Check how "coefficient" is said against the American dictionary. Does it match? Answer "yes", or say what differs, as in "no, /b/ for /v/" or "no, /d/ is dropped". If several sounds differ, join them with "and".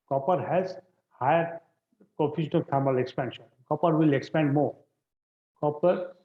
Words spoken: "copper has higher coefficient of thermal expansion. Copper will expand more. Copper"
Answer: no, /t/ is dropped